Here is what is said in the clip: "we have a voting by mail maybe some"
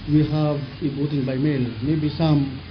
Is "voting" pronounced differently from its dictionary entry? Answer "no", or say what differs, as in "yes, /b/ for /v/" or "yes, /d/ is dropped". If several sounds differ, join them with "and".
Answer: yes, /b/ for /v/